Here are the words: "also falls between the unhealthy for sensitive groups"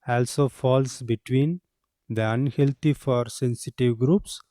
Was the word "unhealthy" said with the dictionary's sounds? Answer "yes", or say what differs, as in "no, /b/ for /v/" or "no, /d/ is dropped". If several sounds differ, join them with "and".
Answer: no, /t/ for /θ/